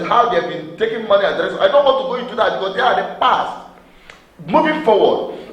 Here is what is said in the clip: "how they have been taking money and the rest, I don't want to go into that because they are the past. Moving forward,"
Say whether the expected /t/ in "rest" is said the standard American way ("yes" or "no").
no